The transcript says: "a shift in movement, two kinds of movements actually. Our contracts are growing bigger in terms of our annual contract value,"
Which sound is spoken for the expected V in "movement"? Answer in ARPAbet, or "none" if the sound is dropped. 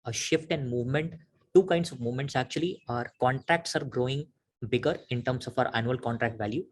V